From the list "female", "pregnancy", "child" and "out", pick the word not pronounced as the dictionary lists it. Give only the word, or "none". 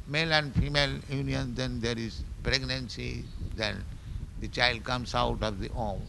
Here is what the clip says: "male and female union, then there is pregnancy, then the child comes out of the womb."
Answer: none